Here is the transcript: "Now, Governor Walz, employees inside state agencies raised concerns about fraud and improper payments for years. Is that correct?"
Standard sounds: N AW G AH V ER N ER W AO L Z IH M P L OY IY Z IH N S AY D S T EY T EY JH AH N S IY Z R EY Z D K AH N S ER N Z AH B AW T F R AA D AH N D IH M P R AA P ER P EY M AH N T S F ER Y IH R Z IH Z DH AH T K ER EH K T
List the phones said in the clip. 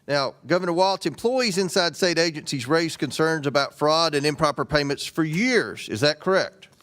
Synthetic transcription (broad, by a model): N AW G AH V ER N ER W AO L S IH M P L OY IY Z IH N S AY D S T EY T EY JH AH N S IY Z R EY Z K AH N S ER N Z AH B AW T F R AA D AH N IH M P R AA P ER P EY M AH N T S F ER Y IH R Z IH Z DH AH T K ER EH K T